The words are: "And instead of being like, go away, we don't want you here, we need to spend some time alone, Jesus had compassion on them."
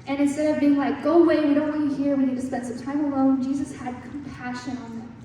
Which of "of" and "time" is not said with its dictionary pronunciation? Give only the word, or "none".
none